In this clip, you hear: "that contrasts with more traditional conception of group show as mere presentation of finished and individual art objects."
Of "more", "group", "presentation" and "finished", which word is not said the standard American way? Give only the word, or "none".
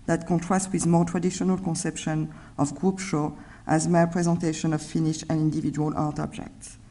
finished